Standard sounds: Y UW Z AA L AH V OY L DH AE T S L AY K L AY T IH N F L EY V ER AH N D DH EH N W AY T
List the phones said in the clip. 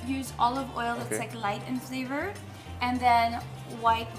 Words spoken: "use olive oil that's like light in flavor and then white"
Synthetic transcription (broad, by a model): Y UW Z AA L AH V OY L DH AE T S L AY K L AY T IH N F L EY V ER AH N DH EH N W AY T